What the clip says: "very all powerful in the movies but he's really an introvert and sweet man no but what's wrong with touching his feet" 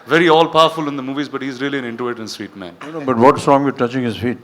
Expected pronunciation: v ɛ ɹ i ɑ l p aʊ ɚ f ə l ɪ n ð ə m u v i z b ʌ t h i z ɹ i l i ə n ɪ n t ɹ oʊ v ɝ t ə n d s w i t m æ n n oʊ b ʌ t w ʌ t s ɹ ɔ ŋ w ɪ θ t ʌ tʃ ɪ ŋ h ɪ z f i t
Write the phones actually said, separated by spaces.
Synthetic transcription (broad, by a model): v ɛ ɹ i ɑ l p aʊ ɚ f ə l ɪ n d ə m u v i z b ʌ t h i z ɹ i l i ə n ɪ n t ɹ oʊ ɝ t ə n s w i t m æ n n oʊ b ʌ t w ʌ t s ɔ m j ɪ t ʌ tʃ ɪ ŋ h ɪ z f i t